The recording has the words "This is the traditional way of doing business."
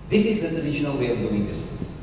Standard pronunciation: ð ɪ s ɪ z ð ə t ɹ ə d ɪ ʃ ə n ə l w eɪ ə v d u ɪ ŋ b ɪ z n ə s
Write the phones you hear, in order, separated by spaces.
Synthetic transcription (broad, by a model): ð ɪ s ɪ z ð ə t ə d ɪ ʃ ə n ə l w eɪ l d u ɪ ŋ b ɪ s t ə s